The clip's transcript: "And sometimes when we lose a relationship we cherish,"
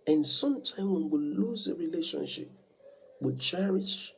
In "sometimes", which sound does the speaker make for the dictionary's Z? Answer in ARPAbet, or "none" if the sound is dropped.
none